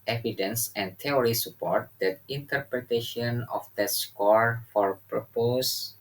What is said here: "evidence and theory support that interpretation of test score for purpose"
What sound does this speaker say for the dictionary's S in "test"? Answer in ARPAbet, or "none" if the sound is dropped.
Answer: none